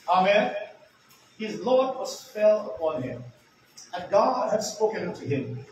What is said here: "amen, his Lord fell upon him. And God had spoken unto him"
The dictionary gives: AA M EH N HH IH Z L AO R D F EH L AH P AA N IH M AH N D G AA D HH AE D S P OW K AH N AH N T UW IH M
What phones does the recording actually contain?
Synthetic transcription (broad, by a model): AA M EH N HH IH Z L AO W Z F EH L AH P AA N IH M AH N G AA D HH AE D S P OW K AH N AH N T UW IH M